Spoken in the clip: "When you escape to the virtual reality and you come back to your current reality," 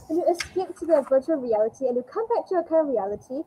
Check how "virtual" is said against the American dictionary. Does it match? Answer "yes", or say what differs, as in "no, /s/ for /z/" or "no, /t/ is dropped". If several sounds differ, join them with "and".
yes